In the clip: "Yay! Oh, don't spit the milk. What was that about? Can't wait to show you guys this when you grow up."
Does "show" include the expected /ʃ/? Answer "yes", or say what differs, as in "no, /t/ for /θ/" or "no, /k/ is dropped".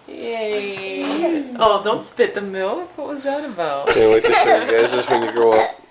no, /s/ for /ʃ/